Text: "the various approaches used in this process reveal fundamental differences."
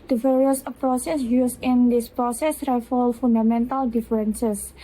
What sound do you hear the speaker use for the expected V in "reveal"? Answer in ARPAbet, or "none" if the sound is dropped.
F